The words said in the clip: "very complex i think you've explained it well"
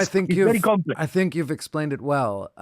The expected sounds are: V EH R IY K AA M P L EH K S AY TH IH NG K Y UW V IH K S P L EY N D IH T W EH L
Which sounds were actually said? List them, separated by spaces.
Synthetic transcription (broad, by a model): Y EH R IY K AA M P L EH AY TH IH NG K Y UW V IH K S P L EY N D IH T W EH L